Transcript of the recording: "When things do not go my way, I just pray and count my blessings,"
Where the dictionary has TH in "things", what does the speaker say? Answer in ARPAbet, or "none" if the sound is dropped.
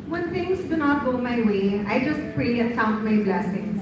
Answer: T